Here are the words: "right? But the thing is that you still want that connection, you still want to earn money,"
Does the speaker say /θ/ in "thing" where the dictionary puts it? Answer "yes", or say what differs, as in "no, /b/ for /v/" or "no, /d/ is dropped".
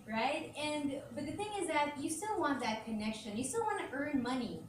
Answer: yes